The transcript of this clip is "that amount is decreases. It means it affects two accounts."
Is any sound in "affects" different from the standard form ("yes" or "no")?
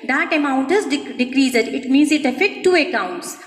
yes